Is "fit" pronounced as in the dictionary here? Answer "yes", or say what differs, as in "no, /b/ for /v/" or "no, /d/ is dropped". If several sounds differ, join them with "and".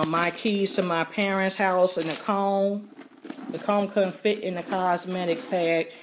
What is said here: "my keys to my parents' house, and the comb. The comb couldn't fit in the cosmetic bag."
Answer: yes